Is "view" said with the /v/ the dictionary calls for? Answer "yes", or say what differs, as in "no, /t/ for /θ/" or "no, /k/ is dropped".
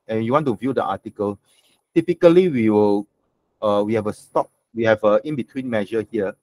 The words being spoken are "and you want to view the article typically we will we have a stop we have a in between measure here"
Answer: yes